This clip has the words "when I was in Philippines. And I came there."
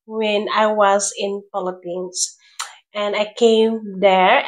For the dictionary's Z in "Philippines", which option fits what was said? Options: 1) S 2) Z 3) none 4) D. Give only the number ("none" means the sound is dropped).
1